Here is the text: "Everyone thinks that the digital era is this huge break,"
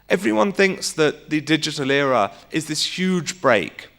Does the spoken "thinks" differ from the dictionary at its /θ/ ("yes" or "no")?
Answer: no